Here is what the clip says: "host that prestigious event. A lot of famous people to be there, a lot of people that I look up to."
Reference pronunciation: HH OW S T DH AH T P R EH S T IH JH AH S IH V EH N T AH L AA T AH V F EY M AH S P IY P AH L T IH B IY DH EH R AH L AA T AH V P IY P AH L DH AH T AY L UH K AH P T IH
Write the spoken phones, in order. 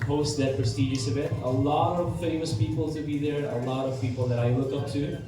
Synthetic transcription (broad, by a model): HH OW S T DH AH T P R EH S T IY JH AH S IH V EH T AH L AA T AH V F EY M AH S P IY P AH L T IH B IY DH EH R AH L AA T AH V P IY P AH L DH AH T AY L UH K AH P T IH